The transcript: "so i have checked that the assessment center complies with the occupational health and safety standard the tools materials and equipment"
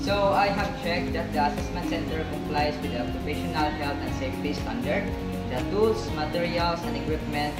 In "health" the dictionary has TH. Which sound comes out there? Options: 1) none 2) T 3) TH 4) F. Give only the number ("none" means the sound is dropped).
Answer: 2